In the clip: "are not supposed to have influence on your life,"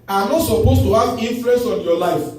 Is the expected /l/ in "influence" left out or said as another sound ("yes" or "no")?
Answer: yes